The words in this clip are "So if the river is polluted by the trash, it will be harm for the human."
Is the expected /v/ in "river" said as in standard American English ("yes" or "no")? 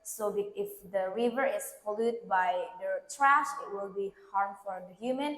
yes